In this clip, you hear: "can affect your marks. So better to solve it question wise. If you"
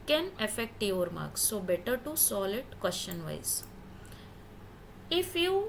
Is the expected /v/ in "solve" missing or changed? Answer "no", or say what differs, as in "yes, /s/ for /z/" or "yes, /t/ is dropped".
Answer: yes, /v/ is dropped